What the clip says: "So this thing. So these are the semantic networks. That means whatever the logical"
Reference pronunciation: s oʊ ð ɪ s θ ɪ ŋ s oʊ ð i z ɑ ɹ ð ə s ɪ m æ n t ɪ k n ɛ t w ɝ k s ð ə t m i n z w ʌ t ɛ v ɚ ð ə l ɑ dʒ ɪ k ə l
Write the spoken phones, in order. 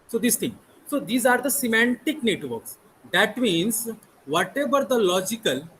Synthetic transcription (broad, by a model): s oʊ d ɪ s t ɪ ŋ s oʊ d i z ɑ ɹ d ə s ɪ m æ n t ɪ k n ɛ t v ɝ k s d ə t m i n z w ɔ t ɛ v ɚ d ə l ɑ dʒ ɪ k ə l